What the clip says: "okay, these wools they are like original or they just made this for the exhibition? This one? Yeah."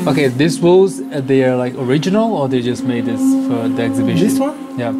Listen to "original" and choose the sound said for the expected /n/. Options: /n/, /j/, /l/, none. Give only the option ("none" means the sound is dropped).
/n/